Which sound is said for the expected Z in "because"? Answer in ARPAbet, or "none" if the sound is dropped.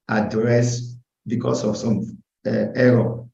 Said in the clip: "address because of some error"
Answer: S